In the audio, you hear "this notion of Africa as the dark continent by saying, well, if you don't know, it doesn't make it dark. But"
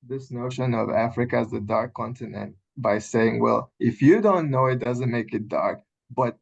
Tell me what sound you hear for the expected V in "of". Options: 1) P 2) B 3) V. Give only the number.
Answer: 3